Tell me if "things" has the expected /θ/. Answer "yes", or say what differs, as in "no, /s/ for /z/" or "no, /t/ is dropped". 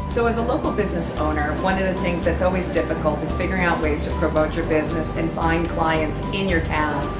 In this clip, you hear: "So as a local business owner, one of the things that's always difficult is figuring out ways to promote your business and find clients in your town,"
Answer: yes